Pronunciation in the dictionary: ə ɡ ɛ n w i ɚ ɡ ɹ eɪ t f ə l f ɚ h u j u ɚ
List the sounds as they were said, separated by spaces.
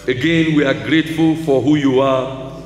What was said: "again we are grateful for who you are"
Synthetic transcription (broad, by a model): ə ɡ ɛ n w i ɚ ɡ ɹ eɪ t f ə l f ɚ h u j u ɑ